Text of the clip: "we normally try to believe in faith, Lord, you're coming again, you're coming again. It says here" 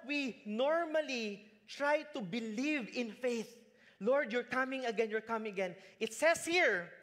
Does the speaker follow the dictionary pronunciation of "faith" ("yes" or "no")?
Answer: yes